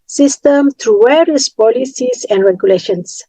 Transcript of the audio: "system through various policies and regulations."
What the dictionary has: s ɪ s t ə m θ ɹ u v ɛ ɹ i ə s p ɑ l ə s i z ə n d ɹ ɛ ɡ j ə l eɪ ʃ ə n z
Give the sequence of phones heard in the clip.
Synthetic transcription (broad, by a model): s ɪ s t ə m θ ɹ u w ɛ ɹ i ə s p ɑ l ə s i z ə n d ɹ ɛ ɡ j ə l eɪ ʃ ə n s